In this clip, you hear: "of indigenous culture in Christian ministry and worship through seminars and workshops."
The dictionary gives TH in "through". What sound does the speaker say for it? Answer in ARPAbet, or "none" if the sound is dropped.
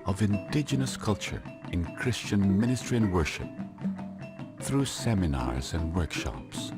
TH